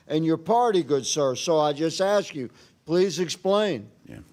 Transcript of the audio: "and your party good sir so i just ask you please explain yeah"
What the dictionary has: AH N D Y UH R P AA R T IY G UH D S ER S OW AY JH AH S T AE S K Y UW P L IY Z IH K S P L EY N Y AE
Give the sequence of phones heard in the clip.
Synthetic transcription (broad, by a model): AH N Y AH R P AA R T IY G UH D S ER S OW AY JH AH S T AE S K Y UW P L IY Z IH K S P L EY N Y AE